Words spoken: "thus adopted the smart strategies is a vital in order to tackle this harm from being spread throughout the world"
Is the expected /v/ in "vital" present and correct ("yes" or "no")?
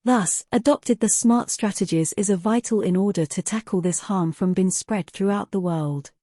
yes